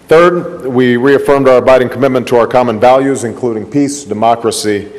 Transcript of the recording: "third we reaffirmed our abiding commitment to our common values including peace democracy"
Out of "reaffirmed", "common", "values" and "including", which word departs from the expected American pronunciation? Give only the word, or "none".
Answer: none